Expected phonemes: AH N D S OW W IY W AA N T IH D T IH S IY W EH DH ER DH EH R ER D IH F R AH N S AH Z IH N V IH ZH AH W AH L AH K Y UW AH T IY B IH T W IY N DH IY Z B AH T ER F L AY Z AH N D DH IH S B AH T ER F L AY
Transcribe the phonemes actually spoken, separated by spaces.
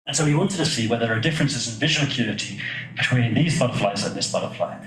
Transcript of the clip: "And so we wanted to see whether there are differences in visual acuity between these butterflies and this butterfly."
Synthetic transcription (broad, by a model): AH N S OW W IY W AA N T IH D T IH S IY W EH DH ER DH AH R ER D IH F R AH N S AH Z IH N V IH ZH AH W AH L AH K Y UW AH T IY B IH T W IY N DH IY Z B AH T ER F L AY Z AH N DH IH S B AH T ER F L AY